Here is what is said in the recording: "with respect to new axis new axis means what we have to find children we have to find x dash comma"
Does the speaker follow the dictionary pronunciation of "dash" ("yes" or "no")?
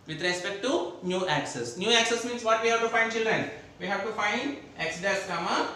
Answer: no